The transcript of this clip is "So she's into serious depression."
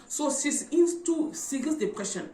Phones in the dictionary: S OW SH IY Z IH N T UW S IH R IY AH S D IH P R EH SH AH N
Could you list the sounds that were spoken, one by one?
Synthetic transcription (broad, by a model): S OW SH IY S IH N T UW S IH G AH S D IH P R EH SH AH N